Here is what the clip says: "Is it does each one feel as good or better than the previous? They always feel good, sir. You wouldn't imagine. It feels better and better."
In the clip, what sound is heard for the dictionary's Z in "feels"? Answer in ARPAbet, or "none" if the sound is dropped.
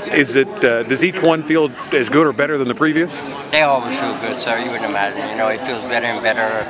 Z